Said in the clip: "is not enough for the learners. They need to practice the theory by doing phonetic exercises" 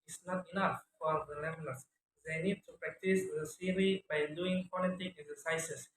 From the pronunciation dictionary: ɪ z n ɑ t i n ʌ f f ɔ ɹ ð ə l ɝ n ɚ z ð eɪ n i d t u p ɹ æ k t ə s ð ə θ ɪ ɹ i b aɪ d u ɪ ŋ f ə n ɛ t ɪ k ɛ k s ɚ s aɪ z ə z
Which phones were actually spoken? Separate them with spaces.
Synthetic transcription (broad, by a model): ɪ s n ɑ t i n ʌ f f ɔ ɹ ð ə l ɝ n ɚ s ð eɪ n i d t u p ɹ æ k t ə s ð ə s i ɹ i b aɪ d u ɪ ŋ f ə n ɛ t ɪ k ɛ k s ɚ s aɪ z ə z